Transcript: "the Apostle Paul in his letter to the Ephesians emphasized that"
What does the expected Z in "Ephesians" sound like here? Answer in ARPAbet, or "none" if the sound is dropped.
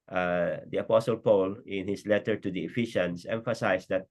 S